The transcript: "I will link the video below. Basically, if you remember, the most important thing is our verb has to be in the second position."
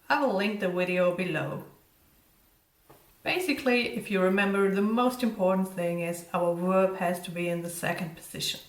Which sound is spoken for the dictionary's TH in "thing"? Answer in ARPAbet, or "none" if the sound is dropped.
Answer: TH